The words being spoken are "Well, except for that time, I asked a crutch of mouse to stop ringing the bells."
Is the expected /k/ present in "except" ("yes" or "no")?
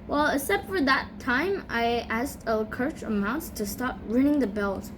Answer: no